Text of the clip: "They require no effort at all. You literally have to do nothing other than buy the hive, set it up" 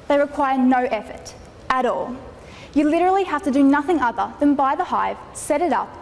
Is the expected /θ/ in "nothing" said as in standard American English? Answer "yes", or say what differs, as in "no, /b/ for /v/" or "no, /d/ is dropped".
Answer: yes